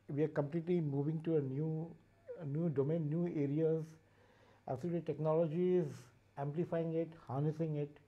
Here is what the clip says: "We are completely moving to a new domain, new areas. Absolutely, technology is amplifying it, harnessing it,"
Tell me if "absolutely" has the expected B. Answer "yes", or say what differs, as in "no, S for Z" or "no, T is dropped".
no, B is dropped